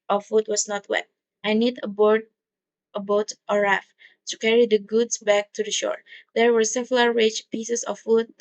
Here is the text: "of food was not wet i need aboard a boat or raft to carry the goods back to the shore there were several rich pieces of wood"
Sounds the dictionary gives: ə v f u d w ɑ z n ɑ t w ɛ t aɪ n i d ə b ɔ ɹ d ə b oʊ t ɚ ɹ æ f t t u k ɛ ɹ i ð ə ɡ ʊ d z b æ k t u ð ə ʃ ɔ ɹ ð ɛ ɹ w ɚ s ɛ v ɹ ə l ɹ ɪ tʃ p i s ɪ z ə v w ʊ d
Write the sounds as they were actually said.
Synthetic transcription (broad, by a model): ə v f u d w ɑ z n ɑ t w ɛ t aɪ n i d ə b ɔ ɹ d ə b oʊ t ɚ ɹ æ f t t u k ɛ ɹ i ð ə ɡ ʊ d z b æ k t u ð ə ʃ ɔ ɹ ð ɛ ɹ w ɚ s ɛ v l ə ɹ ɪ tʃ p i s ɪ s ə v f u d